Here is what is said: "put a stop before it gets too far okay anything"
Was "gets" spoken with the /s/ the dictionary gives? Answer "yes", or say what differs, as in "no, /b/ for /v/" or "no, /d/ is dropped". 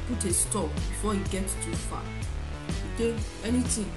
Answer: no, /s/ is dropped